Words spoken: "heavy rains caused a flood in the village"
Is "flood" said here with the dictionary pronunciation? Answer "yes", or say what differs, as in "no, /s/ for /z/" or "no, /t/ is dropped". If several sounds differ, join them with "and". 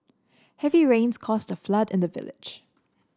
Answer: yes